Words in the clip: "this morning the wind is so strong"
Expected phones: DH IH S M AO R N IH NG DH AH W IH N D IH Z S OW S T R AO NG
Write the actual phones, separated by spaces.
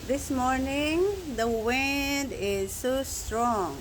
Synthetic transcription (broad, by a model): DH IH S M AO R N IH NG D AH W IH N D IH Z S OW S T R AO NG